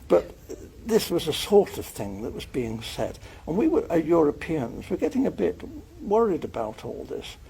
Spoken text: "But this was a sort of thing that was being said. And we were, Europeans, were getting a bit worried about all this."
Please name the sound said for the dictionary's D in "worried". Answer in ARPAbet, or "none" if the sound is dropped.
D